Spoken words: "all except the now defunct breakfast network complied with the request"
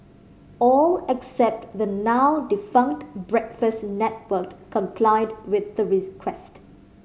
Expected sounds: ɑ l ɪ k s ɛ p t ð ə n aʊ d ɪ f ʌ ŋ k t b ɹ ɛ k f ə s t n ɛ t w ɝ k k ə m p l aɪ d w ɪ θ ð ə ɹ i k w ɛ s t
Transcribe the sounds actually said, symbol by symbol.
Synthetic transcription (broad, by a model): ɑ l ɪ k s ɛ p t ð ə n aʊ d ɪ f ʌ ŋ k t b ɹ ɛ k f ə s t n ɛ t w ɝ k k ə m p l aɪ d w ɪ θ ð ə ɹ i k w ɛ s t